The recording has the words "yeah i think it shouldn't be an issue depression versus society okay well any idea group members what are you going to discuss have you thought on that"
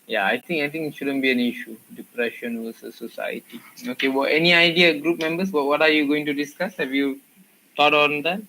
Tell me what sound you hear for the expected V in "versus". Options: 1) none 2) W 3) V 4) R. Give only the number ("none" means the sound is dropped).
2